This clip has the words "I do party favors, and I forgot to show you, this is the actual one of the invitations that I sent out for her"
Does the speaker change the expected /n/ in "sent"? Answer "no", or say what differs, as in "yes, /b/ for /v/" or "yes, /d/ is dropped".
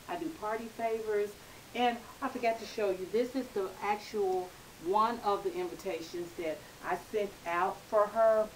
no